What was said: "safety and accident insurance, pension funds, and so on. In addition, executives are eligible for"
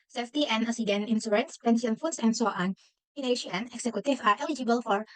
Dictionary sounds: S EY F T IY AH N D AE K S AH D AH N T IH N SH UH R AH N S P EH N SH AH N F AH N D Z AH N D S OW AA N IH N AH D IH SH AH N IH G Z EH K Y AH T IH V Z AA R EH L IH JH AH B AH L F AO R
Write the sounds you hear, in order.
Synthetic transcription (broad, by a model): S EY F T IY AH N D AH S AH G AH N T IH N S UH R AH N S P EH N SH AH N F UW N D S AH N D S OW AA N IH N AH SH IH AH N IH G S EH K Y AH T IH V AA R EH L IH JH AH B AH L F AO R